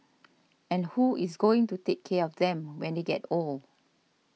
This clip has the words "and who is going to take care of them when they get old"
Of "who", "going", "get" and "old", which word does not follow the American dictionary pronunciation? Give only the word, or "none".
old